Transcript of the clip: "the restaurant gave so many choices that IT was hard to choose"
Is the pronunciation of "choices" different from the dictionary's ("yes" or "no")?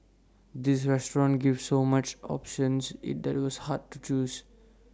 yes